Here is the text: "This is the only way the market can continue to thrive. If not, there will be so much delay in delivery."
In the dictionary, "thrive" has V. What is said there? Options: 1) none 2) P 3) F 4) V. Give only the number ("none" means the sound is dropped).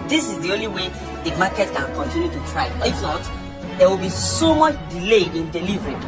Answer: 1